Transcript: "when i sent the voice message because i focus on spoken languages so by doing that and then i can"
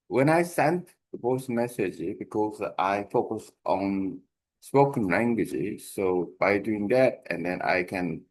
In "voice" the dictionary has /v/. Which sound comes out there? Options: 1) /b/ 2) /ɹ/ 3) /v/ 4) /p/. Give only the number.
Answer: 4